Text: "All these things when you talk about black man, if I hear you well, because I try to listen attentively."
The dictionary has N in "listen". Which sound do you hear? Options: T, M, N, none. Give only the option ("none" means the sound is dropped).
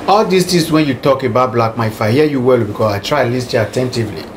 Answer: none